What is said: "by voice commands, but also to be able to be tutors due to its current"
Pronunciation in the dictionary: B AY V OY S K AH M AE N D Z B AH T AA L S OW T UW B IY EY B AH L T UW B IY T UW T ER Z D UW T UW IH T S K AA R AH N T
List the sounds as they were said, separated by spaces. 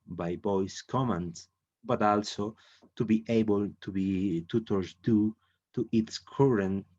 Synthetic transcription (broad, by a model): B AY B OY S K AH M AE N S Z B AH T AA L S OW T UW B IY EY B AH L T UW B IY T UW T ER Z D UW T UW IH T S K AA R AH N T